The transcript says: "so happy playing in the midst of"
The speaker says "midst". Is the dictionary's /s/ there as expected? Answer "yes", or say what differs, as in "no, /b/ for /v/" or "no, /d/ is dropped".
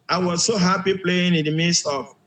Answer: yes